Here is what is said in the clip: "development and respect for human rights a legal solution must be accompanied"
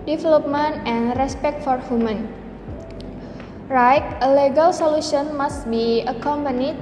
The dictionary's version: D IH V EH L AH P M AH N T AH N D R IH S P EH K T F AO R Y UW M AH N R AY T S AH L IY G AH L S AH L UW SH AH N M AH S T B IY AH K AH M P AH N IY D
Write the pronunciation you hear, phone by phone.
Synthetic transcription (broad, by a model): D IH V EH L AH P M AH N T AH N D R IH S P EH K T F AO R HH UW M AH N R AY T AH L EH G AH L S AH L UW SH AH N M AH S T B IY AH K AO M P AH N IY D